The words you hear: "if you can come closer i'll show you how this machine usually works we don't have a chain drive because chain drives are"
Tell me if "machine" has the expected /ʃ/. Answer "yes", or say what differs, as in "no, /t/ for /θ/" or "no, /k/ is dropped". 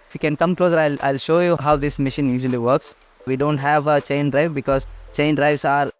yes